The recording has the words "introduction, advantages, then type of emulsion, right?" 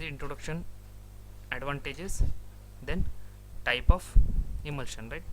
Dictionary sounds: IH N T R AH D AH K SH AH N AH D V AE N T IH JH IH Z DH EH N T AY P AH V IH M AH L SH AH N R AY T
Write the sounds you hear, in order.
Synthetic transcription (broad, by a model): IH N T R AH D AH K SH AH N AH D V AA N T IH JH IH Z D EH N T AY P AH F IH M AH L SH AH N R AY T